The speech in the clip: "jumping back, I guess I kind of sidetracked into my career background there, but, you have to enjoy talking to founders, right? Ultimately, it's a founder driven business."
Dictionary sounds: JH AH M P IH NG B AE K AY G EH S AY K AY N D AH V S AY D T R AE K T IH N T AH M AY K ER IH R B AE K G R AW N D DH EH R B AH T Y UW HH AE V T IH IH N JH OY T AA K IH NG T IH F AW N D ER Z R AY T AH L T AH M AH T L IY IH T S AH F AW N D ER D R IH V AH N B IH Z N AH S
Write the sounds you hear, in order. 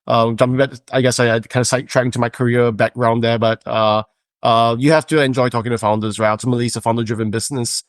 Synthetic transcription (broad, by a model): JH AH M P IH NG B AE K AY G EH S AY K AY N D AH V S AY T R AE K IH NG T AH M AY K ER IH R B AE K R AW N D DH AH R B AH T Y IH HH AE F T IH IH N JH OY T AA K IH NG T IH F AW N D ER Z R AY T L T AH M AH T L IY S AH F AW N D ER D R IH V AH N B IH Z N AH S